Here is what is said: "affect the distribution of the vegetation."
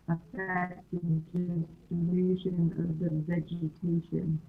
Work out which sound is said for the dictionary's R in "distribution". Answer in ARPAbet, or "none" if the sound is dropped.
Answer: none